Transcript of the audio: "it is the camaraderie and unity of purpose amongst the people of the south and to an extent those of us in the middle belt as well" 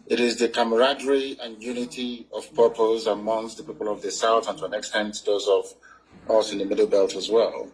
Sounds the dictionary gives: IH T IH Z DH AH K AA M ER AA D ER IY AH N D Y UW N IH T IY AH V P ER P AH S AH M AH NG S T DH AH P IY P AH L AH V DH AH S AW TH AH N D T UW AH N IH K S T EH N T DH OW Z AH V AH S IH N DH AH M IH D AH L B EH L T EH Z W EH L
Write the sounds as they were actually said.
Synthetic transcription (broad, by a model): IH T IH Z DH AH K AA M ER AA D ER IY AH N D Y UW N IH T IY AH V P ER P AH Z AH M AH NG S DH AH P IY P AH L AH V DH AH S AW TH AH N T UW AH N IH K S T EH N T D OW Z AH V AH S IH N DH AH M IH D L B EH L T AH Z W EH L